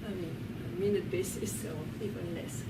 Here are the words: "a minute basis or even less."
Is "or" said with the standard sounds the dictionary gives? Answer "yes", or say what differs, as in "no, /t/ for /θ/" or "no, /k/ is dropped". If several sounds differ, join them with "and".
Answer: no, /l/ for /ɹ/